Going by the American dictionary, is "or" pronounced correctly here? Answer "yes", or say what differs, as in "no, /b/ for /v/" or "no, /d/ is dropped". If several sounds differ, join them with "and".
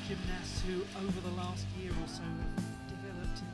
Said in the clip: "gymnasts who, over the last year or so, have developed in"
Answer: no, /l/ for /ɹ/